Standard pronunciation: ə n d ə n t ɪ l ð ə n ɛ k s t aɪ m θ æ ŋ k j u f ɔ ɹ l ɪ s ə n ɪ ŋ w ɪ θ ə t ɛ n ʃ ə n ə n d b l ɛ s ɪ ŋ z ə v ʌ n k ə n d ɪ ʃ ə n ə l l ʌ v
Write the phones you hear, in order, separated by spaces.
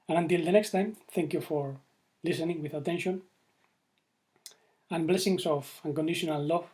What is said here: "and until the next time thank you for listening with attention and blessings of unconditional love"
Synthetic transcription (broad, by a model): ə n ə n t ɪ l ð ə n ɛ k s t aɪ m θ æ ŋ k j u f ɔ ɹ l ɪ s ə n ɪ ŋ w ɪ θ ə t ɛ n ʃ ə n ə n b l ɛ s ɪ ŋ s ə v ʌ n k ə n d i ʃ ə n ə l l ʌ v